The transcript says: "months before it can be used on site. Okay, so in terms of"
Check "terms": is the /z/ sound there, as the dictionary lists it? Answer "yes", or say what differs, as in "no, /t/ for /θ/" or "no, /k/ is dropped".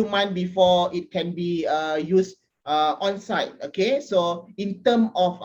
no, /z/ is dropped